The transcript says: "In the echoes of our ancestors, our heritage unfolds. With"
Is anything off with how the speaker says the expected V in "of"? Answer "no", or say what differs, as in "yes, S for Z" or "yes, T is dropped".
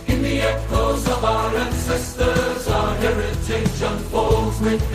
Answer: no